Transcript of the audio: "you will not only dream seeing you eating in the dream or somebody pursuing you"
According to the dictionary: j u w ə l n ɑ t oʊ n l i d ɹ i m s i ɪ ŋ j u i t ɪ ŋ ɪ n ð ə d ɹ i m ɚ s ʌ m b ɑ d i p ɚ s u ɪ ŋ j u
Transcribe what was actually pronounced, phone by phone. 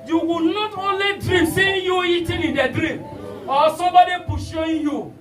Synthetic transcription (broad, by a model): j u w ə n ɑ t oʊ n l i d ɹ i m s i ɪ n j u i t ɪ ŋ ɪ n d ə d ɹ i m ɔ s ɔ b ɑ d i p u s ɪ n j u